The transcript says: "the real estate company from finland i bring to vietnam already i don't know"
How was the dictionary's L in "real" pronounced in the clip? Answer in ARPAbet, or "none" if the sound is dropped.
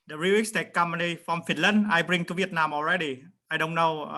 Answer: W